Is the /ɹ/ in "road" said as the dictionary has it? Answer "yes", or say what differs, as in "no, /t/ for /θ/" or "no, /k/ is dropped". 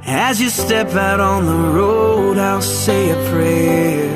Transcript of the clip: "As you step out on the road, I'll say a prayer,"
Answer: yes